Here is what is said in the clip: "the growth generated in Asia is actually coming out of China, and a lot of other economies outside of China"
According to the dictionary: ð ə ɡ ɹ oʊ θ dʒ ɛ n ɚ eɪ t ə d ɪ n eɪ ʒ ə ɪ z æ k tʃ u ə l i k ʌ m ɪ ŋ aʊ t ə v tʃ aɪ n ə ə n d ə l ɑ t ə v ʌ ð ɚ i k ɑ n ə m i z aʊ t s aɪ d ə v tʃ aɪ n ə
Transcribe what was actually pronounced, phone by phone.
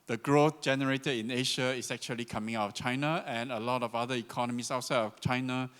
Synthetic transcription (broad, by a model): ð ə ɡ ɹ oʊ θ dʒ ɛ n ɚ eɪ t ə d ɪ n eɪ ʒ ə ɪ s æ k tʃ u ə l i k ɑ m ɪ ŋ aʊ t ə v tʃ aɪ n ə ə n ə l ɑ t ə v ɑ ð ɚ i k ɑ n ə m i s aʊ t s aɪ d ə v tʃ aɪ n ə